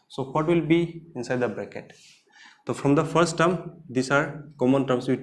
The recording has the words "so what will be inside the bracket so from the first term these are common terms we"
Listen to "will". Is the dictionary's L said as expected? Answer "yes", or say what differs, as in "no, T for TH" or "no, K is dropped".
yes